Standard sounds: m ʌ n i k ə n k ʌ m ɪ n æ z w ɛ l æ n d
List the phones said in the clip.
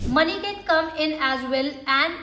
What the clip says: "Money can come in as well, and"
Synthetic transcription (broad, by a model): m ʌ n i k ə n k ʌ m ɪ n æ z w ɛ l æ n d